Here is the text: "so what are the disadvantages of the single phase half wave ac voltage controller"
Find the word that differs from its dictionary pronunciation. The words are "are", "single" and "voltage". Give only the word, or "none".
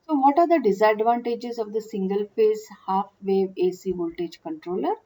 none